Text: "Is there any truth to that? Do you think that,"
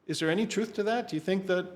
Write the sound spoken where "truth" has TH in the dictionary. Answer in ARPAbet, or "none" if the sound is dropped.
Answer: TH